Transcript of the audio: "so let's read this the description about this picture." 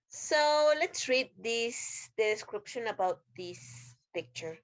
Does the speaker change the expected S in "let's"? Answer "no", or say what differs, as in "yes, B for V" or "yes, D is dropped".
no